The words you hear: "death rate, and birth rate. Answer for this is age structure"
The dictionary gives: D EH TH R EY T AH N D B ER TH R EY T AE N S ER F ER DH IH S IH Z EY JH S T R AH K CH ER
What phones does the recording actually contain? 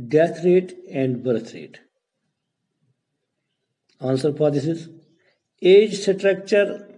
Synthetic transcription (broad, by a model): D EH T R EY T AH N D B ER T R EY T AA N S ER P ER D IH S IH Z EY JH S T R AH K CH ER